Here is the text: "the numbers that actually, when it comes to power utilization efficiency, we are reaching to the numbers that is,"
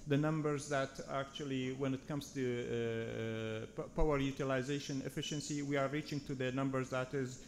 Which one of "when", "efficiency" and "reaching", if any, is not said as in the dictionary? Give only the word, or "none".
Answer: none